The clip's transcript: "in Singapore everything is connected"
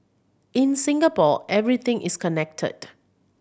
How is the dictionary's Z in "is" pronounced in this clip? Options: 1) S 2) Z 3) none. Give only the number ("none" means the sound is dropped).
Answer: 1